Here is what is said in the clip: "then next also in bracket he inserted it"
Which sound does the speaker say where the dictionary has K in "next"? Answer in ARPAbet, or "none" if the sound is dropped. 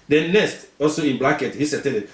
none